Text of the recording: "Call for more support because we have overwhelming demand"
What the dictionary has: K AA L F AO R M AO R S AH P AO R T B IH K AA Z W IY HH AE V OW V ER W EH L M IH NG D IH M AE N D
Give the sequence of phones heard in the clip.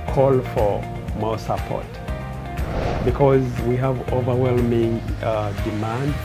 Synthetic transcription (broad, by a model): K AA L F AO R M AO S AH P AO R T B IH K AA Z W IY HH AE V OW V ER W EH L M IH NG D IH M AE N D